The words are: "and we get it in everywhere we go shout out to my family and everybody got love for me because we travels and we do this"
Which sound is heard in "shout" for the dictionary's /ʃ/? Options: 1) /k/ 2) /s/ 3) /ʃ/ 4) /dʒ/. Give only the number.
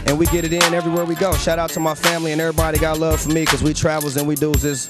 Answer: 3